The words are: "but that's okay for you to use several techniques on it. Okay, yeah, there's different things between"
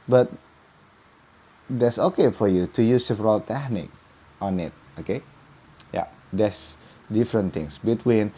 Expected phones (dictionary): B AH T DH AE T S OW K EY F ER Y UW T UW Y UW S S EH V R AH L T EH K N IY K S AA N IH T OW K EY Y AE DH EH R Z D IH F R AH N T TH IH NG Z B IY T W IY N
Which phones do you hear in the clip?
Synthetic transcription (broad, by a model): B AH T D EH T S OW K EY F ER Y UW T UW Y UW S S EH V R AH L T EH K N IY K AA N IH T OW K EY Y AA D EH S D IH F R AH N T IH NG S B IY T W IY N